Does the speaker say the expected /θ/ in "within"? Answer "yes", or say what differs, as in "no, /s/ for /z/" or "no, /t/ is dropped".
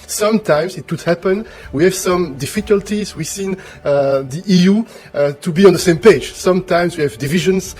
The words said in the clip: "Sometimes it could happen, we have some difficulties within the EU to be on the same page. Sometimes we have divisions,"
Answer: no, /s/ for /θ/